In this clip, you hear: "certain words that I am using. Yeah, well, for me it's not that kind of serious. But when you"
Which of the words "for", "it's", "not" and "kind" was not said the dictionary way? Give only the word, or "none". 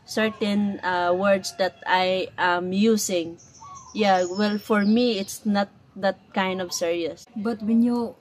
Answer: none